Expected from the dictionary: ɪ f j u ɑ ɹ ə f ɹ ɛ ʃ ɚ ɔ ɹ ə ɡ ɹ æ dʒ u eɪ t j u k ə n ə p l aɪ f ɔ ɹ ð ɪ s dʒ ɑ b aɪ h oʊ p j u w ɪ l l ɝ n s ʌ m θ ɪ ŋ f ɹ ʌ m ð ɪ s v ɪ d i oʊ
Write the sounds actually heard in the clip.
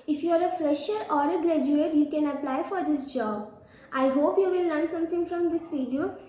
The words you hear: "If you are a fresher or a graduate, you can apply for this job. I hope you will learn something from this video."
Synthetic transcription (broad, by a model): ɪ f j u ɑ ɹ ə f ɹ ɛ ʃ ɚ ɔ ɹ ə ɡ ɹ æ dʒ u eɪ t j u k ə n ə p l aɪ f ɔ ɹ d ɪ s dʒ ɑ b aɪ h oʊ p j u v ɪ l l ɝ n s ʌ m t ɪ ŋ f ɹ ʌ m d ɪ s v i d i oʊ